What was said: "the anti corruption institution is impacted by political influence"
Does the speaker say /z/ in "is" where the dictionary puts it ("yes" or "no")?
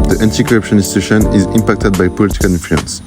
yes